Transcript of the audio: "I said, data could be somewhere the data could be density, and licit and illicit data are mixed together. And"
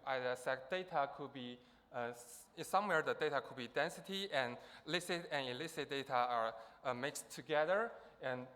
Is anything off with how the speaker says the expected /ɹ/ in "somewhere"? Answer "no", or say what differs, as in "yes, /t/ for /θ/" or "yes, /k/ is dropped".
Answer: no